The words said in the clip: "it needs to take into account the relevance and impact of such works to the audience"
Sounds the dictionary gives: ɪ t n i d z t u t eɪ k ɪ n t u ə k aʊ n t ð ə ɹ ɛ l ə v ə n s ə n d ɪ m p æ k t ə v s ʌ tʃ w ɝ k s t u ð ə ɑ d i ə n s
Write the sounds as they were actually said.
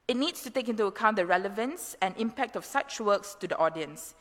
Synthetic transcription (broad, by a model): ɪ t n i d s t u t eɪ k ɪ n t u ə k aʊ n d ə ɹ ɛ l ə v ə n s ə n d ɪ m p æ k t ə f s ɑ tʃ w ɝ k s t u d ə ɑ d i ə n s